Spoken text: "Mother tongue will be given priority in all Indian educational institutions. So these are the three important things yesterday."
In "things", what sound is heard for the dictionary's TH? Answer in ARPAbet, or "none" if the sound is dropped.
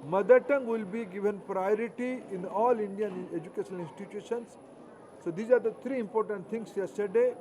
T